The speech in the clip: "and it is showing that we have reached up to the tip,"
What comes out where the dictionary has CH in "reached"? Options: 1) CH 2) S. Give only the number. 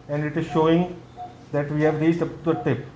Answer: 2